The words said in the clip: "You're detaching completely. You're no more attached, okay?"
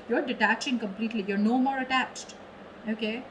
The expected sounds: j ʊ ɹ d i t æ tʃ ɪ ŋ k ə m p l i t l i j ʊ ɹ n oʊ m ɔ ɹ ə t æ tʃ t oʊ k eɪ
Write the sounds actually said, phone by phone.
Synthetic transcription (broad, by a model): j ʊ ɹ d i t æ tʃ ɪ ŋ k ə m p l i t l i j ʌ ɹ n oʊ m ɔ ɹ ə t æ tʃ t oʊ k eɪ